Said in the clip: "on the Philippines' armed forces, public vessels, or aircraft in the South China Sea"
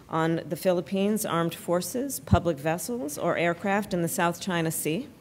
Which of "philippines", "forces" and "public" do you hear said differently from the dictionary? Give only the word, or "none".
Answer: none